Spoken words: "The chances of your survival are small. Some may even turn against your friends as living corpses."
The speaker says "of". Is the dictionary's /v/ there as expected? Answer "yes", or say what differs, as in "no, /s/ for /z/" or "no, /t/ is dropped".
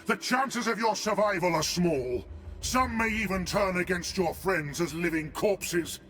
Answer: yes